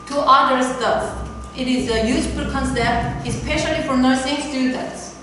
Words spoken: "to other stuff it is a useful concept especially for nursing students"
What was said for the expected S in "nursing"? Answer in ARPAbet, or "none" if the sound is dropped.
S